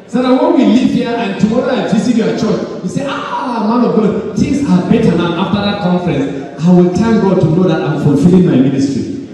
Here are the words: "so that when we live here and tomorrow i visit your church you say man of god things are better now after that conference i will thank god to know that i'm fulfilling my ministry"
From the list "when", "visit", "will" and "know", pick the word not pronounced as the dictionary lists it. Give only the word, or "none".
visit